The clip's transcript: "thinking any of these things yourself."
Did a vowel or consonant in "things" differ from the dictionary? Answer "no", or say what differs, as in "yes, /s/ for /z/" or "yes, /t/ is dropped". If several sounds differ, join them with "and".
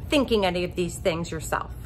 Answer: no